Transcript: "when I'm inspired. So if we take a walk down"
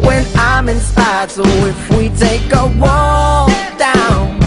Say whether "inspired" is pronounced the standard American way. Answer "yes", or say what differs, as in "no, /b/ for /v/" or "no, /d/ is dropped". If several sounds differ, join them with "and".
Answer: no, /p/ is dropped